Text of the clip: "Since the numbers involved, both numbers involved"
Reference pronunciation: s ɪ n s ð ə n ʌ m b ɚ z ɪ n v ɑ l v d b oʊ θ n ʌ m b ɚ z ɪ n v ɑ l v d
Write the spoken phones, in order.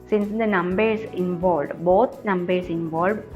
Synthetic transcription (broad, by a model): s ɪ n s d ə n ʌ m b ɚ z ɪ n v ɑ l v d b oʊ t n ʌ m b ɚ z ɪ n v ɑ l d